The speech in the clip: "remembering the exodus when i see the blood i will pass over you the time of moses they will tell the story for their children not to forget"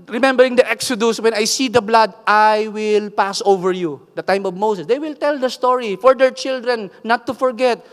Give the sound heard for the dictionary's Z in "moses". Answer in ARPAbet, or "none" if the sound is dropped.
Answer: S